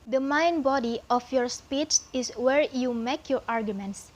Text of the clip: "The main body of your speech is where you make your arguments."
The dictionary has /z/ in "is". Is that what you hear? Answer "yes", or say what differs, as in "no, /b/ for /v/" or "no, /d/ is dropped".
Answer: no, /s/ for /z/